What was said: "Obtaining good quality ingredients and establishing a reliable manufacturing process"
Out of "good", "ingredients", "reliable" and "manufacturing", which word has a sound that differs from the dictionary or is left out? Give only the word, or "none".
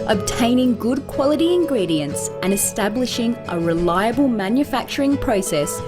none